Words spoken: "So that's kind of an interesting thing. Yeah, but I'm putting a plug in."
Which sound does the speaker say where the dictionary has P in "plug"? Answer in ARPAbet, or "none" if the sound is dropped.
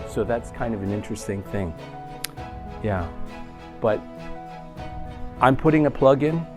P